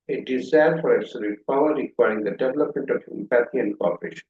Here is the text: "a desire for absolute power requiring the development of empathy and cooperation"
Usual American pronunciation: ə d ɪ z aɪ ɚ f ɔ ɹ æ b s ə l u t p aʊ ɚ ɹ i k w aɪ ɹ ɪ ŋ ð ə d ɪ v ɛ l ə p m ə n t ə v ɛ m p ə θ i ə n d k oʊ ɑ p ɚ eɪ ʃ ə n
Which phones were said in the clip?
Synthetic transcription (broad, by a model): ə d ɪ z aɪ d f ɔ ɹ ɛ s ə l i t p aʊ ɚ ɹ i k w aɪ ɹ ɪ ŋ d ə d ɪ v ɛ l ə p m ə n t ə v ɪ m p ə t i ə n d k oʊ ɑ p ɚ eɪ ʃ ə n